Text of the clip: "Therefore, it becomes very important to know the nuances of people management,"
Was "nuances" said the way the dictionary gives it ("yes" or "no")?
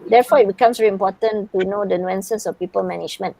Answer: no